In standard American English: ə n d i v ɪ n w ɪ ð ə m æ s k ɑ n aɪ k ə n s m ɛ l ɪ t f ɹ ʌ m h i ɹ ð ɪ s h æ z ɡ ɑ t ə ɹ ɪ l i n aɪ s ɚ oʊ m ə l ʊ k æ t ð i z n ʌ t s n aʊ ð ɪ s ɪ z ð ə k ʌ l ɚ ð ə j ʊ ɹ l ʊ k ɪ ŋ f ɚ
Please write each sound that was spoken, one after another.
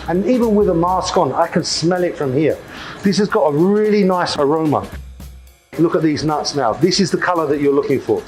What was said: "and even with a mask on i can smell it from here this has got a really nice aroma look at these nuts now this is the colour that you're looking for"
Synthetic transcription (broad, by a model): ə n i v ɪ n w ɪ ð ə m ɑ s k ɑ n aɪ k ə n s m ɛ l ɪ t f ɹ ʌ m h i ɹ ð ɪ s h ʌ z ɡ ɑ t ə ɹ ɪ l i n aɪ s ɚ oʊ m ə l ʊ k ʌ t ð i z n ʌ t s n aʊ ð ɪ s ɪ z ð ə k ʌ l ɚ ð ə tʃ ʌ ɹ l ʊ k ɪ ŋ f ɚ